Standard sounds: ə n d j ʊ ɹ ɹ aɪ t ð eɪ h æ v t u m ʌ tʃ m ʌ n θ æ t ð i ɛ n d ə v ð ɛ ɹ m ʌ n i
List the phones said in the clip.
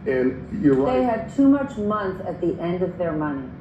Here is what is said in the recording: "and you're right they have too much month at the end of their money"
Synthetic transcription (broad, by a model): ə n j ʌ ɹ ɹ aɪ ð eɪ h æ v t u m ʌ tʃ m ʌ n θ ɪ t ð i ɛ n d ə v ð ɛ ɹ m ʌ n i